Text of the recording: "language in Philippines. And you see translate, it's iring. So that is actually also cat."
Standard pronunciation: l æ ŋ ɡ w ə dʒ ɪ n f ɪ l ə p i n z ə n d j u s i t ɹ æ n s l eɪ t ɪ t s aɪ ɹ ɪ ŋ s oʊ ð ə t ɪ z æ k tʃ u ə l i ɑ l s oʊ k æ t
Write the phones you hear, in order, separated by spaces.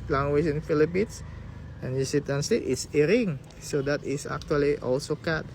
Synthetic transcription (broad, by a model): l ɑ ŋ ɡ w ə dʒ ɪ n f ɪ l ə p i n s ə n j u s i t æ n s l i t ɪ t s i ɹ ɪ ŋ s oʊ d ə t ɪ s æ k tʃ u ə l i ɑ l s oʊ k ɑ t